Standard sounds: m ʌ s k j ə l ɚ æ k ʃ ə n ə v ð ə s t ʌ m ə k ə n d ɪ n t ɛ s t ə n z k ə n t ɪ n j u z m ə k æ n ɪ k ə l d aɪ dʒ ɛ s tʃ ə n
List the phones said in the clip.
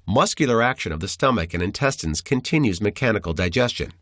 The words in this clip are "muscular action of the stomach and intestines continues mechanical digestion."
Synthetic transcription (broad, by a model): m ʌ s k j l ɚ æ k ʃ ə n ə v ð ə s t ʌ m ə k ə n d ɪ n t ɛ s t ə n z k ə n t ɪ n j u z m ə k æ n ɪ k l d aɪ dʒ ɛ s tʃ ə n